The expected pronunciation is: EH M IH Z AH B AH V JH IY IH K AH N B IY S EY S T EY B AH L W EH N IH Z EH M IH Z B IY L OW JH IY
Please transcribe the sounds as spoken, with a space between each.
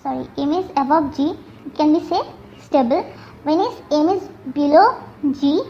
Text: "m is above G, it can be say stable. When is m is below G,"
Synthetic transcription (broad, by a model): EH M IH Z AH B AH B JH IY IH K AH N B IY S EY S T EY B AH L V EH N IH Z EH M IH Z B IY L OW JH IY